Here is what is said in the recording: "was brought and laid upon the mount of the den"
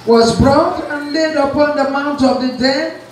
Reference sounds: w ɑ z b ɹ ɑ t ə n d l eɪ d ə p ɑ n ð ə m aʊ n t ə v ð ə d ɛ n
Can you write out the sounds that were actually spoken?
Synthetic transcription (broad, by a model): w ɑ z b ɹ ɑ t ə n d l eɪ d ə p ɑ n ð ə m aʊ n t ə v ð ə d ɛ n